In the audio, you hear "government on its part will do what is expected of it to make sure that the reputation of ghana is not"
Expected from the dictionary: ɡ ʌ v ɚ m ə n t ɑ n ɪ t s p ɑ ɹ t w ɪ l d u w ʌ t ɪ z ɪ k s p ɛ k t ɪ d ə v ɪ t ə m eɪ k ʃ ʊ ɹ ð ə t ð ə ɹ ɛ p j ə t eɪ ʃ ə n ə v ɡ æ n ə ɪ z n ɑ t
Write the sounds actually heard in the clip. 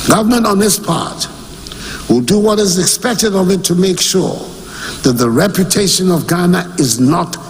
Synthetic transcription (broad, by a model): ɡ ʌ v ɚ m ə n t n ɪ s p ɑ ɹ t w ɪ l d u w ʌ t ɪ z ɪ k s p ɛ k t ɪ d ə v ɪ t ə m eɪ k ʃ ʊ ɹ ð ə t ð ə ɹ ɛ p j ə t eɪ ʃ ə n ə v ɡ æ n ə ɪ z n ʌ t